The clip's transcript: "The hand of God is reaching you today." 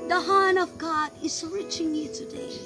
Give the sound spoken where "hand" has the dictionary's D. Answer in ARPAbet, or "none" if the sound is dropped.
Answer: none